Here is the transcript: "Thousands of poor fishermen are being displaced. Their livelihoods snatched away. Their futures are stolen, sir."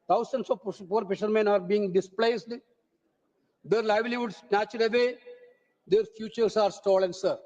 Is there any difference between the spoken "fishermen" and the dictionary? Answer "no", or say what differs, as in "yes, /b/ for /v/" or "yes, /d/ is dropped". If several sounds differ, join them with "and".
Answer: yes, /p/ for /f/